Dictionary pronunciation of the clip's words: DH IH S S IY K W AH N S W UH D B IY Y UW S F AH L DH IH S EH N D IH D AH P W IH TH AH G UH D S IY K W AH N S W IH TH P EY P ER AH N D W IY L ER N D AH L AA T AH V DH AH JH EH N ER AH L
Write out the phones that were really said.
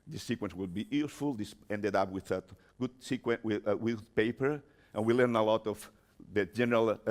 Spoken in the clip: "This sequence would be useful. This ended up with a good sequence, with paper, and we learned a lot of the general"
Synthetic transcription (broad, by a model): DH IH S S IY K W AH N S W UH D B IY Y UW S F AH L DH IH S EH N D IH D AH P W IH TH AH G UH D S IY K W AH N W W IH P EY P ER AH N W IY L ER N AH L AA T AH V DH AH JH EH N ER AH L